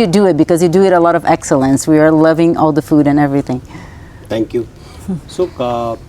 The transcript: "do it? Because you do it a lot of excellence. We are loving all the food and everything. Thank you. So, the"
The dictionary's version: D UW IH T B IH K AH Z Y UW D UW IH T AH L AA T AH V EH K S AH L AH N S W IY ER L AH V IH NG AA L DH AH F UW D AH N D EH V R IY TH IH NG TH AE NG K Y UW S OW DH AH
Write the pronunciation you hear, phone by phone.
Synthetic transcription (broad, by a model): D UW IH T B IH K AH Z Y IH D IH IH T AH L AA T AH V EH K S AH L AH N S W IY ER L AH V IH NG AA L DH AH F UW D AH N EH V R IY TH IH NG T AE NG K Y UW S OW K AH